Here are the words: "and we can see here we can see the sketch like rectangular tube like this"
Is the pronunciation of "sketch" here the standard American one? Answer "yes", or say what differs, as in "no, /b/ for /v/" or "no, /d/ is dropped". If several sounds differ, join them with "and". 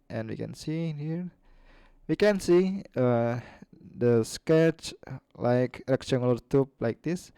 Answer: yes